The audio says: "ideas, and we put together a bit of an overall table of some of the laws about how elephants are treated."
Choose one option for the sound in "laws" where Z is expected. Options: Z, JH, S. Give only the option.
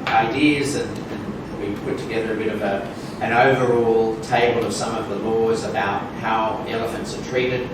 Z